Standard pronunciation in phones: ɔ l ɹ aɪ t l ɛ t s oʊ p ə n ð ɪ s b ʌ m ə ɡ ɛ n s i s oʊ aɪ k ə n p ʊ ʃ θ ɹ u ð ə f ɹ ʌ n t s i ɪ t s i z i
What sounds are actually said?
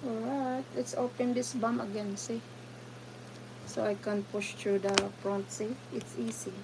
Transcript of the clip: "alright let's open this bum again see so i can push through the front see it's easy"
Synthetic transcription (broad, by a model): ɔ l ɹ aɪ t l ɛ t s oʊ p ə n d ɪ s b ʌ m ə ɡ ɛ n s i s oʊ aɪ k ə n p ʊ ʃ t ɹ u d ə p ɹ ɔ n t s i ɪ t s i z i